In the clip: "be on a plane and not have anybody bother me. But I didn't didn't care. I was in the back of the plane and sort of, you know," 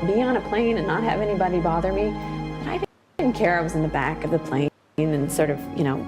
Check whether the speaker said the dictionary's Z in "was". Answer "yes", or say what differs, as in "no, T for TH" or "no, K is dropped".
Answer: yes